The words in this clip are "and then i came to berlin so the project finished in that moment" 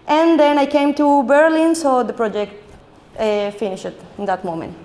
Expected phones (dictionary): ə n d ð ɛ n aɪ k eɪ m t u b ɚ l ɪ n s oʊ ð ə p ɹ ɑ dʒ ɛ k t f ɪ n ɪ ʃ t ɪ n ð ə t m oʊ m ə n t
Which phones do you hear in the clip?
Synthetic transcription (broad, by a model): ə n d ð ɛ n aɪ k eɪ m t u b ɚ l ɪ n s oʊ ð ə p ɹ ɑ dʒ ɛ k t f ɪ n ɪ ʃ ɪ n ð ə t m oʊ m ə n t